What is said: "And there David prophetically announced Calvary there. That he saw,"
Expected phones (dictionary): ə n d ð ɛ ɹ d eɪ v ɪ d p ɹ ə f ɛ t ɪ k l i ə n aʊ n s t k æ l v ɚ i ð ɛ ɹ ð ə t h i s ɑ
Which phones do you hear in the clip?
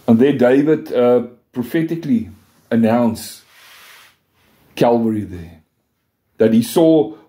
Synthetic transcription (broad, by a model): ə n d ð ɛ d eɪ v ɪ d p ɹ ə f ɛ t ɪ k l i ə n aʊ n s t k æ l v ɚ i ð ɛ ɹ ð ə t h i s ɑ